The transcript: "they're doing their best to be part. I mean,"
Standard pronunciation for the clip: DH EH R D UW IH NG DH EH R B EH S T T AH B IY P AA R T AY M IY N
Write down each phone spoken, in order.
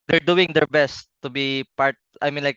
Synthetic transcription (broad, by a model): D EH R D UW IH NG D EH R B EH S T T AH B IY P AA R T AY M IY N